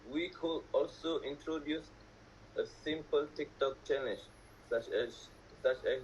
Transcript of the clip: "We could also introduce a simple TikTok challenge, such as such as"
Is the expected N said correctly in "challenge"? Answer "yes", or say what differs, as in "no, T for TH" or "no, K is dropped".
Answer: no, N is dropped